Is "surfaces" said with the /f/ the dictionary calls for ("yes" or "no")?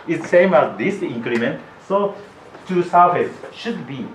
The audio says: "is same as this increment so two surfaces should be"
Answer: no